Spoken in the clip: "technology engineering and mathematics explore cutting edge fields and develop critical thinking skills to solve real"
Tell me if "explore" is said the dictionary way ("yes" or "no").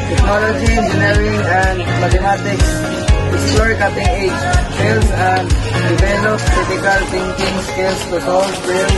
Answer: no